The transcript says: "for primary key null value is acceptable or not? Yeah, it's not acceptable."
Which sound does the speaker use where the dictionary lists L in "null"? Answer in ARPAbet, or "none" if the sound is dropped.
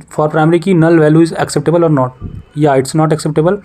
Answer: L